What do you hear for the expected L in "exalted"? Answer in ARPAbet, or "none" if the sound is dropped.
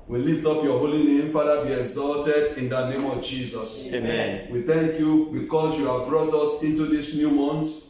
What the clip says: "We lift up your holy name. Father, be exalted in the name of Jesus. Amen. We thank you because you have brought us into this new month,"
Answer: L